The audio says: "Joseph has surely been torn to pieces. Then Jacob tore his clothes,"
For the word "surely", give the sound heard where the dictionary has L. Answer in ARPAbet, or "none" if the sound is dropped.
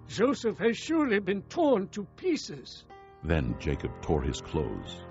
L